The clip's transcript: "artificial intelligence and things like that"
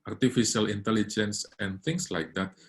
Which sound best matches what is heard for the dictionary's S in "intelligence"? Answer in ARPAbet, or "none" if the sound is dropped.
S